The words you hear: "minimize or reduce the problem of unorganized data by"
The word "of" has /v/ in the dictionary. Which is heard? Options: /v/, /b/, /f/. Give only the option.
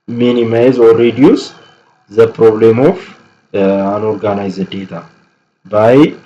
/f/